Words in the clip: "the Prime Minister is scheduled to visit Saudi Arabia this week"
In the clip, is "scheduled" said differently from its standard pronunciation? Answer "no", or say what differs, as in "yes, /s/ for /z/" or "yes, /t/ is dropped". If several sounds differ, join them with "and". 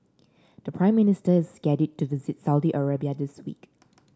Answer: yes, /l/ is dropped